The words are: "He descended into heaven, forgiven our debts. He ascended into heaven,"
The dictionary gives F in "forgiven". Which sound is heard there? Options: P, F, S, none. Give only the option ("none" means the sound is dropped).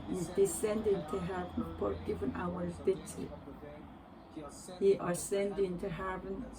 P